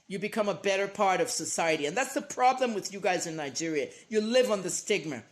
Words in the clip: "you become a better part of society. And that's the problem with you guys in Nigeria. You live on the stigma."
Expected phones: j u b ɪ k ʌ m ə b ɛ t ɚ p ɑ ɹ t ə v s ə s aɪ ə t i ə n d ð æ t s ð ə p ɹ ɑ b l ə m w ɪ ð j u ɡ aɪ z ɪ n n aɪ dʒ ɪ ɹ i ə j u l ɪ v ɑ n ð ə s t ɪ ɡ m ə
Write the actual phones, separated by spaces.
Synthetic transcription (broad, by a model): j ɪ b ɪ k ʌ m ə b ɛ t ɚ p ɑ ɹ t ə v s ə s aɪ ə t i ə n ð æ t s ð ə p ɹ ɑ b l ə m w ɪ ð j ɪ ɡ aɪ z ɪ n n aɪ dʒ ɪ ɹ i ə j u l ɪ v n ð ə s t ɪ ɡ m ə